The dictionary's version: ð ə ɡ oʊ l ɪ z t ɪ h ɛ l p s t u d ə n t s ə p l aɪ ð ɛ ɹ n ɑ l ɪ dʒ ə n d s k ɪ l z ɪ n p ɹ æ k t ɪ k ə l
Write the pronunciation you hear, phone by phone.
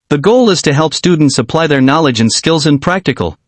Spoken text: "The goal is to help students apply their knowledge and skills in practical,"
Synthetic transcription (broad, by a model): ð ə ɡ oʊ l ɪ z t ɪ h ɛ l p s t u d n t s ə p l aɪ ð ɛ ɹ n ɑ l ɪ dʒ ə n s k ɪ l z ɪ n p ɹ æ k t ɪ k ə l